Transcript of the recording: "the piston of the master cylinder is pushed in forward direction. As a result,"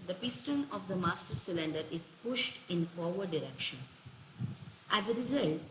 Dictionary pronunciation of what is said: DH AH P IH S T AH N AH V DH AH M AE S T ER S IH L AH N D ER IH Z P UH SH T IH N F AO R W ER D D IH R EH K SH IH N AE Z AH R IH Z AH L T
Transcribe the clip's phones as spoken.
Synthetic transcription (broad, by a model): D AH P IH S T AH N AH V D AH M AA S T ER S IH L AH N D ER IH Z P UH SH T IH N F AO R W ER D D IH R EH K SH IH N AE Z AH R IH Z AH L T